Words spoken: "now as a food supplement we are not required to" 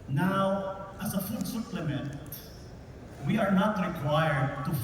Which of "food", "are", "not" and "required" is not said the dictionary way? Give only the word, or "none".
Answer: none